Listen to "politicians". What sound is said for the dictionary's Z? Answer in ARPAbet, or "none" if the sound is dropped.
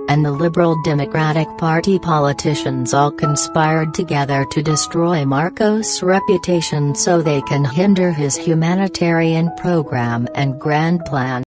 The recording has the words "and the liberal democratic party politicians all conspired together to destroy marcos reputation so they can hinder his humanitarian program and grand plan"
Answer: Z